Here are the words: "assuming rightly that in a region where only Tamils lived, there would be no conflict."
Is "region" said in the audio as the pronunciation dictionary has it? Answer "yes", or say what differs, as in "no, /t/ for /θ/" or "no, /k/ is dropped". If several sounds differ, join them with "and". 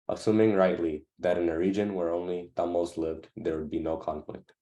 yes